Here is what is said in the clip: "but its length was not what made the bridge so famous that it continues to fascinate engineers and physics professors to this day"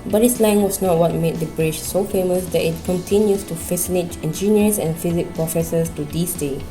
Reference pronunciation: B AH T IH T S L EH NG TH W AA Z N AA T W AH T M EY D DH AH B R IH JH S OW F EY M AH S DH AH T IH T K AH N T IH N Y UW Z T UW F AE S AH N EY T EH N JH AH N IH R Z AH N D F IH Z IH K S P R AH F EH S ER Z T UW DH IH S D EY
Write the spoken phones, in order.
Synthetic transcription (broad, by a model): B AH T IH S L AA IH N W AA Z N AA T W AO T M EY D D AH B R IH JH S OW F EY M AH S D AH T IH T K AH N T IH N Y UW S T UW F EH S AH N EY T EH N JH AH N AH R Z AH N F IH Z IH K P R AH F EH S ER S T UW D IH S D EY